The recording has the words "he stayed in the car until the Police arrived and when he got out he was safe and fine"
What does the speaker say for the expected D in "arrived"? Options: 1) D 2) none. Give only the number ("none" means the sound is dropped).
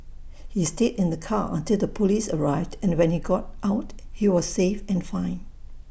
1